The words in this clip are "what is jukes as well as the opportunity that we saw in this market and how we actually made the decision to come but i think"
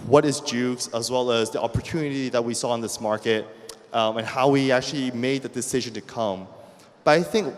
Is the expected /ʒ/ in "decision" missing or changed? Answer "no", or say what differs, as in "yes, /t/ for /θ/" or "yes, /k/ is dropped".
no